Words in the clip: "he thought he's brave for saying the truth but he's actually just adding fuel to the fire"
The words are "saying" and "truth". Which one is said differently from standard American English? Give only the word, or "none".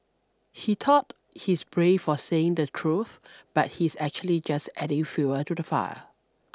none